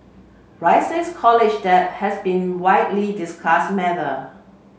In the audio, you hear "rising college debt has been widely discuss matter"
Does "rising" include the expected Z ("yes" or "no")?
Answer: no